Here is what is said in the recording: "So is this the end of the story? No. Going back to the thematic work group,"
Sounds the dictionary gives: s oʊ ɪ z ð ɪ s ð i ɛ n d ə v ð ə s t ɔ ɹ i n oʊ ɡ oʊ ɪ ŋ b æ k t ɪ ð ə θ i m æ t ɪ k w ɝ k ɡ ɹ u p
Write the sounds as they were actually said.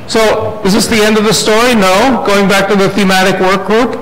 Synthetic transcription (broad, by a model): s oʊ ɪ z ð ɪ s ð i ɛ n d ə v ð ə s t ɔ ɹ i n oʊ ɡ oʊ ɪ ŋ b æ k t ɪ ð ə θ i m æ t ɪ k w ɝ k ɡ ɹ u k